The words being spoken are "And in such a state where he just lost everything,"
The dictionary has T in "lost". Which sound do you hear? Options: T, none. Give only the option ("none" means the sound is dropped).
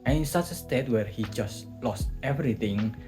T